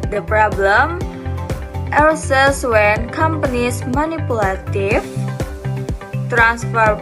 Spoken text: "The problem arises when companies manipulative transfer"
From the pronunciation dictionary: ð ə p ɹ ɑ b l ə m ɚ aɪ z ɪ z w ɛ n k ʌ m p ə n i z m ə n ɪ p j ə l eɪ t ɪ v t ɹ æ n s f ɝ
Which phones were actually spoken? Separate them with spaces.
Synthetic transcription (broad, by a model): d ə p ɹ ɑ b l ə m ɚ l s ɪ s w ɛ n k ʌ m p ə n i s m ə n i p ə l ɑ t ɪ f t ɹ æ n s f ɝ